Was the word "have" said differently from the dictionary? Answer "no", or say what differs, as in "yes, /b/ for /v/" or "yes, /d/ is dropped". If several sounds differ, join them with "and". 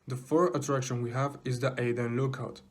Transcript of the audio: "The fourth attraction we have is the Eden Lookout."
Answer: no